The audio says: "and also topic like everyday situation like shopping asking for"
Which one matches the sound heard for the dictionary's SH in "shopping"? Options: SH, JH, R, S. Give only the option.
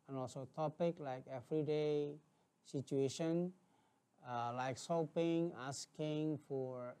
S